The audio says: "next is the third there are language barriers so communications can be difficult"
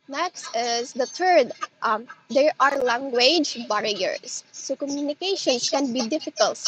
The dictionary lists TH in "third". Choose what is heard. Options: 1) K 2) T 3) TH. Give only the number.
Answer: 2